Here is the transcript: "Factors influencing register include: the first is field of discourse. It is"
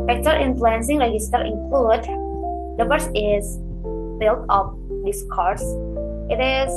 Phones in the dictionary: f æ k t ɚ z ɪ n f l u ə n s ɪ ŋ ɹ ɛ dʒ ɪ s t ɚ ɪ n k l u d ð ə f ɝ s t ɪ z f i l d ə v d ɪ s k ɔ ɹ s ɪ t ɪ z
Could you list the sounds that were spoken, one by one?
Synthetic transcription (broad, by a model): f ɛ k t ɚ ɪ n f l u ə n s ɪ ŋ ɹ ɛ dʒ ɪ s t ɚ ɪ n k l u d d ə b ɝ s ɪ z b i l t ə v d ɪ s k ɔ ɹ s ɪ t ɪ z